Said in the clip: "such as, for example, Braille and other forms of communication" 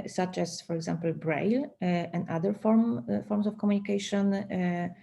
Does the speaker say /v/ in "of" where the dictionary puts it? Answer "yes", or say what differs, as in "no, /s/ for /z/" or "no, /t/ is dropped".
no, /f/ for /v/